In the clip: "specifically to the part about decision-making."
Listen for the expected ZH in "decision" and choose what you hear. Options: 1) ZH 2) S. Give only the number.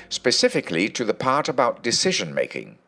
1